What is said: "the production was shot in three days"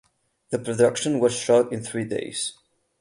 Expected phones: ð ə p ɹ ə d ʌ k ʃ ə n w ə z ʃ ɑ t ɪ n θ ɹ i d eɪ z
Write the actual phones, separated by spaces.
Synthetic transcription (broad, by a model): ð ə p ɹ ə d ʌ k ʃ ə n w ə z ʃ ɑ t ɪ n θ ɹ i d eɪ z